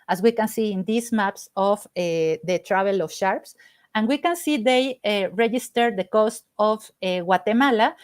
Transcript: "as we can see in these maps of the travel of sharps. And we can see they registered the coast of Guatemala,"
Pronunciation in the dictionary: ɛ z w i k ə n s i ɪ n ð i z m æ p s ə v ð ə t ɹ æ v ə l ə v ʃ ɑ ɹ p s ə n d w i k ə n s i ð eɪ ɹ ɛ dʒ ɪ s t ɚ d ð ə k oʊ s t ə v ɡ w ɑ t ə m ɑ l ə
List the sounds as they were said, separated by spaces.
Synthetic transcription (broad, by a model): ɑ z w i k ə n s i ɪ n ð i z m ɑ p s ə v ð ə t ɹ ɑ b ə l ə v ʃ ɑ ɹ p s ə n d w i k ə n s i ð eɪ ɹ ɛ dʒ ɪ s t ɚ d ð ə k oʊ s t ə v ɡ w ɑ t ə m ɑ l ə